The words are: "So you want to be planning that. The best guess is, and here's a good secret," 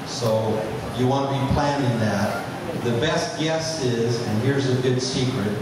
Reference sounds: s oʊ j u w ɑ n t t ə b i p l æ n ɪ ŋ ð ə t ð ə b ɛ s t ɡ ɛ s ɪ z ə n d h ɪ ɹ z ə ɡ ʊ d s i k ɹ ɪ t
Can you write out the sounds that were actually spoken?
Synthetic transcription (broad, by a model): s oʊ j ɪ w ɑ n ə b i p l æ n ɪ ŋ ð ə t ð ə b ɛ s t ɡ ɛ s ɪ z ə n h ɪ ɹ z ə ɡ ʊ d s i k ɹ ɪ t